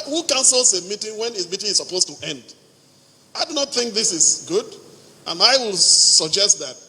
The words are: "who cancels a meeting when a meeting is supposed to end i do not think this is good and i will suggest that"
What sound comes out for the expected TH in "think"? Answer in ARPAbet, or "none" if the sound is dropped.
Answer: TH